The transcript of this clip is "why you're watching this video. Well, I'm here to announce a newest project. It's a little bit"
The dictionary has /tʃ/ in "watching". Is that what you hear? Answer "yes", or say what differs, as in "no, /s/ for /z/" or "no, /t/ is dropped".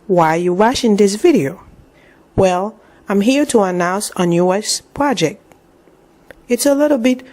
no, /ʃ/ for /tʃ/